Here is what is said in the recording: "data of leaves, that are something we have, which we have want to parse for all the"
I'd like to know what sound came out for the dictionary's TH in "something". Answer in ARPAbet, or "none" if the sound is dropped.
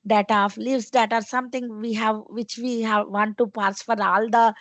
T